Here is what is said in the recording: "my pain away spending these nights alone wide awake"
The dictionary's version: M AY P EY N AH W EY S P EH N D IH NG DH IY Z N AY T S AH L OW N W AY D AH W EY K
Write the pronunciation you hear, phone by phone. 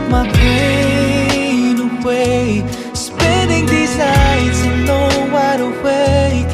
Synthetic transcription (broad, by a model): M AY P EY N AH W EY S P EH N D IH NG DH IY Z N AY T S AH N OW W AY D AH W EY